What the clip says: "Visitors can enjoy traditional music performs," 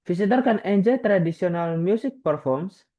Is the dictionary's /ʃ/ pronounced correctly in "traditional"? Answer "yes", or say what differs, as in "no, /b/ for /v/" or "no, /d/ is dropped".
no, /s/ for /ʃ/